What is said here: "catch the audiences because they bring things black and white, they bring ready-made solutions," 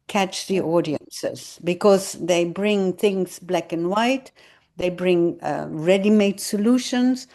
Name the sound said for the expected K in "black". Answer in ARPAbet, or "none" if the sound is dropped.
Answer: K